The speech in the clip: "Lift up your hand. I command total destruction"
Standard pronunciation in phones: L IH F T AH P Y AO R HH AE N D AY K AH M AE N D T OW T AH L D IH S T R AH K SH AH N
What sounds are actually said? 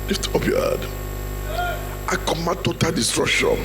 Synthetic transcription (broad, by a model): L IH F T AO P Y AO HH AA D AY K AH M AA T OW T AH L D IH S T R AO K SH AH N